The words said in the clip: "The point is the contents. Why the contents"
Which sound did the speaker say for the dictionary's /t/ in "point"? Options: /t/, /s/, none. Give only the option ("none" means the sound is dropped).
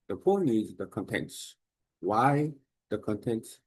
none